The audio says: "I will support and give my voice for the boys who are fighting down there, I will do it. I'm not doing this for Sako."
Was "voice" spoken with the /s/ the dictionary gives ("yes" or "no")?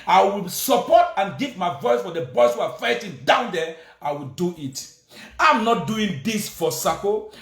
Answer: yes